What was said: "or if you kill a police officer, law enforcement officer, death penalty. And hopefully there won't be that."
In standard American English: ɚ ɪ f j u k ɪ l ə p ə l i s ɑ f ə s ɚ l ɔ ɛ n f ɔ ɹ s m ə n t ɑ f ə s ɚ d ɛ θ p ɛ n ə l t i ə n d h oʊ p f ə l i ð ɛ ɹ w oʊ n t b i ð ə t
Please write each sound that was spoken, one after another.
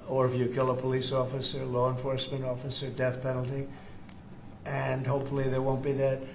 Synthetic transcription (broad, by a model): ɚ ɪ f j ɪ k ɪ l ə p ə l i s ɑ f ə s ɚ l ɔ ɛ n f ɔ ɹ s m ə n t ɑ f ə s ɚ d ɛ θ p ɛ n l t i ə n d h oʊ p f l i ð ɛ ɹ w oʊ n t b i ð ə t